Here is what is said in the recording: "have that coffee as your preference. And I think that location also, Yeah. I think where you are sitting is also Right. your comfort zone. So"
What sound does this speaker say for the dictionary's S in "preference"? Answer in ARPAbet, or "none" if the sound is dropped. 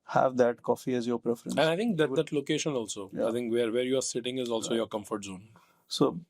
none